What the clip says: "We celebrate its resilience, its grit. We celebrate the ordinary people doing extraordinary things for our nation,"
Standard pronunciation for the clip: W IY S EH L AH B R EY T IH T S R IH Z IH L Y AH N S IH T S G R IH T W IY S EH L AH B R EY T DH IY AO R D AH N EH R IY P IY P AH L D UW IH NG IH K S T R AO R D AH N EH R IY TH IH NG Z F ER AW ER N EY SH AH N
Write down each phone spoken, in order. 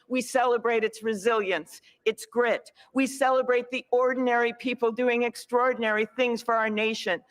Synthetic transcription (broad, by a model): W IY S EH L AH B R EY T IH T S R IH Z IH L Y AH N S IH T S G R IH T W IY S EH L AH B R EY T DH IY AO R D N EH R IY P IY P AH L D UW IH NG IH K S T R AO R D N EH R IY TH IH NG Z F ER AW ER N EY SH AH N